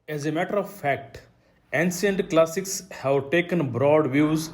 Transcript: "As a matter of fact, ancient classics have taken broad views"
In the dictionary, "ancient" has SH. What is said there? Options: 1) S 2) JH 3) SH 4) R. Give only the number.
1